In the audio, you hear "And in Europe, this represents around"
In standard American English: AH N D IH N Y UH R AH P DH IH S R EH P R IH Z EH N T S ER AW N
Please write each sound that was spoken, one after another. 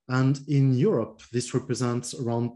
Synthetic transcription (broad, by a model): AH N D IH N Y UH R AH P DH IH S R EH P R IH Z EH N T S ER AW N